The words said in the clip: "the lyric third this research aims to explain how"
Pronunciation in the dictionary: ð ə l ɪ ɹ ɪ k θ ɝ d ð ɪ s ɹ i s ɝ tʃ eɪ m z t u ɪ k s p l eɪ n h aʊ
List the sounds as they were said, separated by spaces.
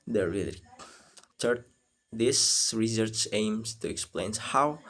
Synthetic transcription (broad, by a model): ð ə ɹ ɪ l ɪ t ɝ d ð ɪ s ɹ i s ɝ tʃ eɪ m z t u ɪ k s p l eɪ n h aʊ